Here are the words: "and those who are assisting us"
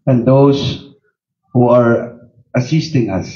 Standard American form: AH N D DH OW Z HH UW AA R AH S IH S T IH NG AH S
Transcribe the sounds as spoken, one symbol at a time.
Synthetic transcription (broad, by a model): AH N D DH OW S HH UW AA R AH S IH S T IH NG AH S